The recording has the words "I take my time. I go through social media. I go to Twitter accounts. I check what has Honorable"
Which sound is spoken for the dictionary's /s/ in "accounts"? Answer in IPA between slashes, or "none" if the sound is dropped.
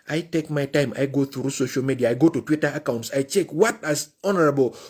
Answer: /s/